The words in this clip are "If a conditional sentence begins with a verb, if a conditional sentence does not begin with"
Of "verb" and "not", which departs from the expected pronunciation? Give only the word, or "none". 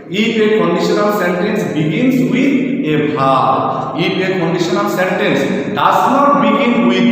verb